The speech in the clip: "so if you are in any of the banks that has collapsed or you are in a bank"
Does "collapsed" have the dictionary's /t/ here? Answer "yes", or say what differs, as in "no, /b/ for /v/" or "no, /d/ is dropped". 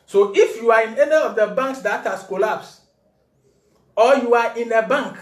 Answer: no, /t/ is dropped